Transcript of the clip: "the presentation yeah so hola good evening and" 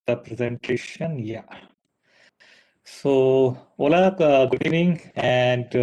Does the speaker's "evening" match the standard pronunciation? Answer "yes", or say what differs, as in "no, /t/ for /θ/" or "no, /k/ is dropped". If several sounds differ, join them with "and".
no, /v/ is dropped